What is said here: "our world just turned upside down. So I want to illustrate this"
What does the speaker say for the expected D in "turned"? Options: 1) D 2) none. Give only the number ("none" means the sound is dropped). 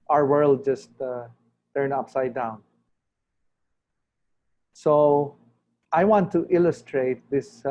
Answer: 2